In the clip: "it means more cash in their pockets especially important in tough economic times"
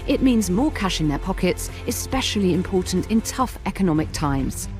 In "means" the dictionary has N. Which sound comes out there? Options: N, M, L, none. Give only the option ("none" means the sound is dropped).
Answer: N